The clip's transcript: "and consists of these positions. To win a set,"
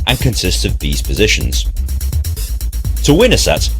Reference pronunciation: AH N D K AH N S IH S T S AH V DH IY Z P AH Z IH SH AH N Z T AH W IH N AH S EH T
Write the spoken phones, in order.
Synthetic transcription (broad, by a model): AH N K AH N S IH S T S AH V DH IY Z P AH Z IH SH AH N Z T AH W IH N AH S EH T